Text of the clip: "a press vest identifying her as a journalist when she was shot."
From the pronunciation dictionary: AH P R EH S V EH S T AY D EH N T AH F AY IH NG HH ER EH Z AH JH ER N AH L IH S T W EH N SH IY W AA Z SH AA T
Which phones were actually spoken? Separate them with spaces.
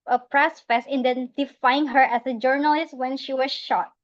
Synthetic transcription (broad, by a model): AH P R EH S F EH S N D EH N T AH F AY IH NG HH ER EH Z AH JH ER N AH L IH S T W EH N SH IY W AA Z SH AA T